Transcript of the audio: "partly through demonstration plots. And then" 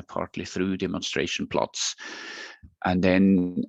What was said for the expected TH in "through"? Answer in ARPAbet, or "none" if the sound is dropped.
TH